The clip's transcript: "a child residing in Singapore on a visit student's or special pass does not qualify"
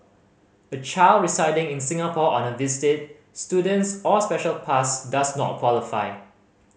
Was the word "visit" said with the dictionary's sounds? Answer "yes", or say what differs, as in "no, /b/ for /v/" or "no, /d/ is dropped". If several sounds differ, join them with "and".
no, /s/ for /z/